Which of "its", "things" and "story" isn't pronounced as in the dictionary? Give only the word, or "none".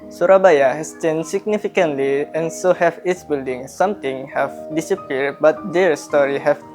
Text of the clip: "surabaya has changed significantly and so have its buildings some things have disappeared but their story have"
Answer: things